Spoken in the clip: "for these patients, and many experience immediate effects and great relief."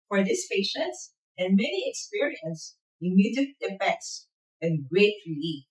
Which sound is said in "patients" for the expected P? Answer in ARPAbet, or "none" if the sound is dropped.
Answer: P